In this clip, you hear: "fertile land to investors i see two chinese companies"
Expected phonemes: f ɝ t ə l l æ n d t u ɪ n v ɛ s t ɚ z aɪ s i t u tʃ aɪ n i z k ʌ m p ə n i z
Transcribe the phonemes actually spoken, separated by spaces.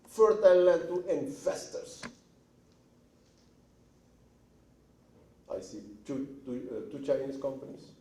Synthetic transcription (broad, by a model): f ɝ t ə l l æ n t u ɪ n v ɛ s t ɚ s aɪ s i t u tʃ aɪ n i s k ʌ m p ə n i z